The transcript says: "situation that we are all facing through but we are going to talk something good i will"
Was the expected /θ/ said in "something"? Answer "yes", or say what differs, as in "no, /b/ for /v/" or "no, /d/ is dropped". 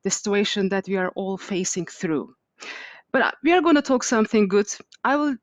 yes